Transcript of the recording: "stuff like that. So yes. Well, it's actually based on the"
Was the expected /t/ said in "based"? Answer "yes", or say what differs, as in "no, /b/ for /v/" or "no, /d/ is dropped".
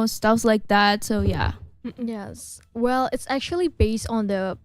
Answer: yes